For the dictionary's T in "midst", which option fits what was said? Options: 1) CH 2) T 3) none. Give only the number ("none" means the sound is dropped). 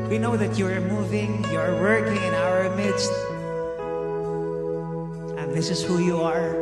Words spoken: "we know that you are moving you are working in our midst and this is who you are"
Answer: 2